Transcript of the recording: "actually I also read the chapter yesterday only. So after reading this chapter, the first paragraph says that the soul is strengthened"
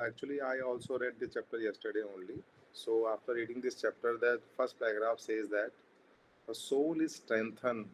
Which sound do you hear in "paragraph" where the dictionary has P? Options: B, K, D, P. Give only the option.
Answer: B